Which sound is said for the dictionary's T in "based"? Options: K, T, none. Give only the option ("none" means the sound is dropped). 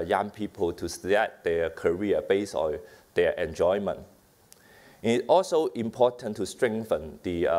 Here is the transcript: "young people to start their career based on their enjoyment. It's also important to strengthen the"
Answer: none